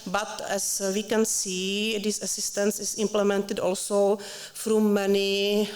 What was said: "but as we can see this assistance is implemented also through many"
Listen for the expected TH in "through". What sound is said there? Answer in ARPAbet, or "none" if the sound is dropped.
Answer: F